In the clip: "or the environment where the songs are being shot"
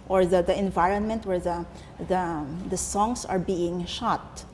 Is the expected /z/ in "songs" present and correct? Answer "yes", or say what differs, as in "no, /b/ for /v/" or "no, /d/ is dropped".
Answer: no, /s/ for /z/